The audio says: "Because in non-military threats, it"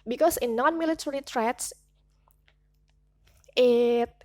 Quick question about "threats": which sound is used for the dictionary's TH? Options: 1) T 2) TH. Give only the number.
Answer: 1